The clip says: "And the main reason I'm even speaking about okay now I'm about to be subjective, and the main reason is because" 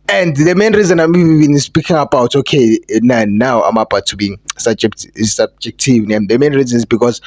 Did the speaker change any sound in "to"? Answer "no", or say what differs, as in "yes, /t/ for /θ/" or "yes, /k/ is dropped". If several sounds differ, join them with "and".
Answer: yes, /s/ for /t/